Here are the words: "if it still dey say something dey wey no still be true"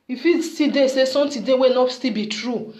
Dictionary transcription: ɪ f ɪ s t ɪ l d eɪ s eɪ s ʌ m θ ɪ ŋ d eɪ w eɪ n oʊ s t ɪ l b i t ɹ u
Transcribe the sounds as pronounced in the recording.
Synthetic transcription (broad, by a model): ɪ f ɪ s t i d eɪ s eɪ s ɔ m t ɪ d eɪ w eɪ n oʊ s t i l b i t ɹ u